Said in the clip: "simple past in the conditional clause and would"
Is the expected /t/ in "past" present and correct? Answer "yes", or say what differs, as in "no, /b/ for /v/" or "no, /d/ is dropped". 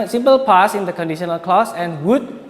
no, /t/ is dropped